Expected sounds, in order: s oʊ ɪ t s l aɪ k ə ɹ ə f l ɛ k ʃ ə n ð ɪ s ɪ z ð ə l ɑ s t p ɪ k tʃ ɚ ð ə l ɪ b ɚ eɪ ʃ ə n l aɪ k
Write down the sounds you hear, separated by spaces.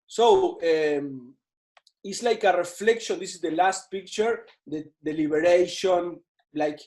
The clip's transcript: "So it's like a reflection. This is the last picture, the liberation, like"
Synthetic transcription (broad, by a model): s oʊ ɪ t s l aɪ k ə ɹ ə f l ɛ k ʃ ə n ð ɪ s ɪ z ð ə l ɑ s t p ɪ k tʃ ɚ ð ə l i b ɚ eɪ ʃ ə n l aɪ k